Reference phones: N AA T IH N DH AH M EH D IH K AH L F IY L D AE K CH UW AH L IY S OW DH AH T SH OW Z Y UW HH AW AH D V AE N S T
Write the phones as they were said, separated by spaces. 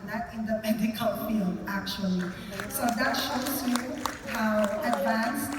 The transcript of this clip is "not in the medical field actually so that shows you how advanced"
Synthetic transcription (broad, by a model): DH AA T IH N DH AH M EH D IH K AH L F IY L AE K CH UW AH L IY S OW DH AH T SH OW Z Y UW HH AW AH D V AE N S